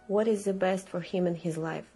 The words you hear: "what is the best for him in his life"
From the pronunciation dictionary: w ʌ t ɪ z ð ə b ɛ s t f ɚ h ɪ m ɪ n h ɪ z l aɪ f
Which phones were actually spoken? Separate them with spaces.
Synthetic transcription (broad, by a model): w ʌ t ɪ z ð ə b ɛ s t f ɚ h ɪ m ɪ n h ɪ z l aɪ f